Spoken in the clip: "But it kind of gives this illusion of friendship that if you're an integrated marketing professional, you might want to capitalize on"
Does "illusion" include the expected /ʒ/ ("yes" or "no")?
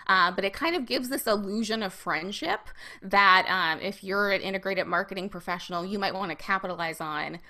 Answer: yes